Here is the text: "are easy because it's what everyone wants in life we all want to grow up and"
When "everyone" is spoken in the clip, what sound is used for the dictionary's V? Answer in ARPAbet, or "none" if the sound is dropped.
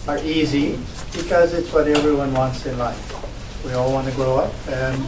V